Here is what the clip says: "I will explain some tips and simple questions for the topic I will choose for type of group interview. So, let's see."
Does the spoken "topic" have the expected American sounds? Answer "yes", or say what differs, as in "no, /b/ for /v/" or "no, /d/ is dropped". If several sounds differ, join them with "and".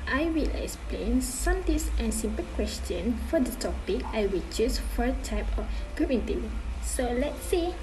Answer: yes